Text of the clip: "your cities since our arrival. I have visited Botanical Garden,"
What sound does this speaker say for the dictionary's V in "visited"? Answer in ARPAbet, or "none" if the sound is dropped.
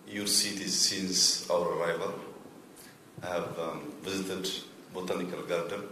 V